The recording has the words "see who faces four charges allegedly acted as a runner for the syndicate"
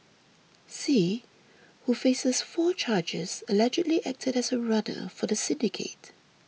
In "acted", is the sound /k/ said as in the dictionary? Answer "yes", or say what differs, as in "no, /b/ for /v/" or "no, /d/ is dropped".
yes